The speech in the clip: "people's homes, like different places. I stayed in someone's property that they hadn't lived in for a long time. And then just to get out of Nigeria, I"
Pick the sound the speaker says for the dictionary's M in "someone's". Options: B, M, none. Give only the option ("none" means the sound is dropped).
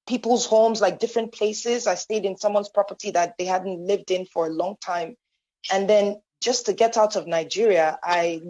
M